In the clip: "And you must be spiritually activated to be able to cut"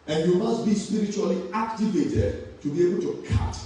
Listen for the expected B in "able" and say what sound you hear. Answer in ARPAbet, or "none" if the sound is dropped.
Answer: B